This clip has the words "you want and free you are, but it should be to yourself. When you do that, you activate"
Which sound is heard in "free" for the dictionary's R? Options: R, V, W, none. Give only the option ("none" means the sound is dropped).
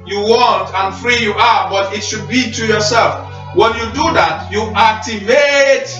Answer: R